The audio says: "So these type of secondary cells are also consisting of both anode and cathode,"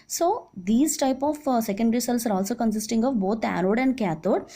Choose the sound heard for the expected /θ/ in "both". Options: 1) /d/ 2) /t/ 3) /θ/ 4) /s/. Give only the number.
2